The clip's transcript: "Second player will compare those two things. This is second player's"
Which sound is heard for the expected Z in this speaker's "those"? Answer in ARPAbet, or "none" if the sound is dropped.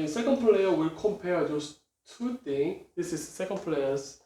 S